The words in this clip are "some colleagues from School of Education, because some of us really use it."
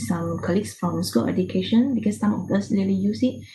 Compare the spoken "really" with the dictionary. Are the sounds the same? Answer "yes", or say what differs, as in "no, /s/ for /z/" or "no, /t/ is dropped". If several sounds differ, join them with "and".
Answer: no, /l/ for /ɹ/